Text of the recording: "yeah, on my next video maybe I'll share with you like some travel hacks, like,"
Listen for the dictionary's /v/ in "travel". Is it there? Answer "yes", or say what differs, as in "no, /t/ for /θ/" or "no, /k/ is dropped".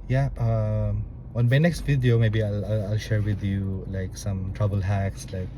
no, /b/ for /v/